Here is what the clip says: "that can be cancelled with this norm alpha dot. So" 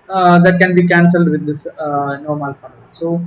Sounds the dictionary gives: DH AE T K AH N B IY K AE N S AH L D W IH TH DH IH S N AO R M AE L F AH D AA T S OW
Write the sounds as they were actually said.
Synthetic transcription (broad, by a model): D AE T K AH N B IY K AE N S AH L D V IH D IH S N AO R M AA L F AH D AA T S OW